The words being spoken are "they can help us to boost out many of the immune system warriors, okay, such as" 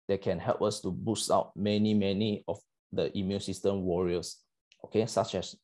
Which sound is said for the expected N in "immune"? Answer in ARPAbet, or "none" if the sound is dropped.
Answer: N